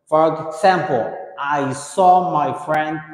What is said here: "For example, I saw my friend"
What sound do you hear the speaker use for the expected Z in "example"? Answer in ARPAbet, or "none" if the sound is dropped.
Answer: S